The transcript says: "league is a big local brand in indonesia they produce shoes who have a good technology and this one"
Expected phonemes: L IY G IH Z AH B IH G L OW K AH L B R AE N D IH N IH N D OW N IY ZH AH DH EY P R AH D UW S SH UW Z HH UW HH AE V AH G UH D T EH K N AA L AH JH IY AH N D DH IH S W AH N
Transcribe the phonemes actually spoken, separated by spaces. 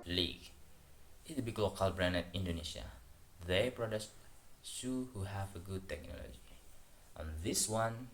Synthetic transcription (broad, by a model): L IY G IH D AH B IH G L OW K AH L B R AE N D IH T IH N D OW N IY SH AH DH EY P R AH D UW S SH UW HH UW HH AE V AH G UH D T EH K N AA L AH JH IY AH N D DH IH S W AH N